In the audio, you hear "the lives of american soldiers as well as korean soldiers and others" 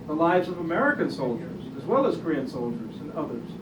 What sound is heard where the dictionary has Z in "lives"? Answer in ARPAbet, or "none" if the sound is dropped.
Z